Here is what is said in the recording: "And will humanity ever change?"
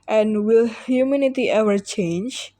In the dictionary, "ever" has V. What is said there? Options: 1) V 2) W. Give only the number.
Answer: 2